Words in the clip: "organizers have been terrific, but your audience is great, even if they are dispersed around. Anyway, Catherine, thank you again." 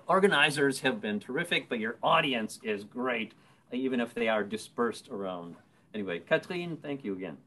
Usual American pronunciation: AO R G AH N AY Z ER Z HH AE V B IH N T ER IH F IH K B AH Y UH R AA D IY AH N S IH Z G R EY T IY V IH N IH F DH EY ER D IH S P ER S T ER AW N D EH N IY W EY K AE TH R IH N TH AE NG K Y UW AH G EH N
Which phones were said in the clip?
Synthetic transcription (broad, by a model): AO R G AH N AY Z ER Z HH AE V B IH N T ER IH F IH K B AH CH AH R AA D IY AH N S IH Z G R EY T IY V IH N IH F DH EY ER D IH S P ER S T ER AW N D EH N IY W EY K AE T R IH N TH AE NG K Y UW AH G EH N